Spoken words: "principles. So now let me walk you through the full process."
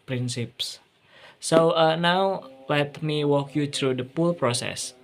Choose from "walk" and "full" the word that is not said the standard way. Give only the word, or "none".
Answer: full